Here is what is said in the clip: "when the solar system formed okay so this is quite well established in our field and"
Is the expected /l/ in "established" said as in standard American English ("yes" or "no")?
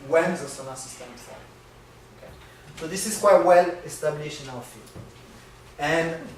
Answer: no